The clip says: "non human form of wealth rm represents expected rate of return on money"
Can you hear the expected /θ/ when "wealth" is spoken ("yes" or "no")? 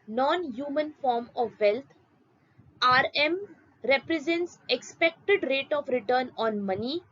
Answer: no